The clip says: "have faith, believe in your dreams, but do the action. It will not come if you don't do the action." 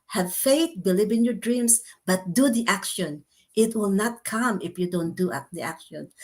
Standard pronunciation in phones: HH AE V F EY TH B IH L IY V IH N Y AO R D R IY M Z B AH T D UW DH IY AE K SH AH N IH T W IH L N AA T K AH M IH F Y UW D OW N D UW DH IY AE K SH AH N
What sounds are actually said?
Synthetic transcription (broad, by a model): HH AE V F EY TH B IH L IY V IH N Y AO R D R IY M S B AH T D UW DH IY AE K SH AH N IH T W IH L N AA T K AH M IH F Y UW D OW N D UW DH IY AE K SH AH N